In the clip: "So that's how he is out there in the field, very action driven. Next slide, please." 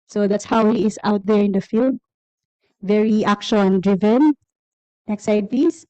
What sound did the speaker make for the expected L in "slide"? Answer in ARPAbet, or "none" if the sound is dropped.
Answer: none